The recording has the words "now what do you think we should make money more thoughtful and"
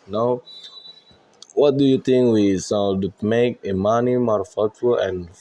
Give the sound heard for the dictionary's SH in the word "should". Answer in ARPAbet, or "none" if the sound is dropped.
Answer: S